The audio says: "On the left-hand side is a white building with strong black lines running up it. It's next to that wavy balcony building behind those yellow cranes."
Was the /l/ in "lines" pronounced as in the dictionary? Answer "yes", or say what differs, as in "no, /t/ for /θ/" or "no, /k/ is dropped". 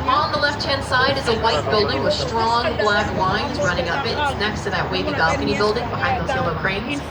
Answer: no, /w/ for /l/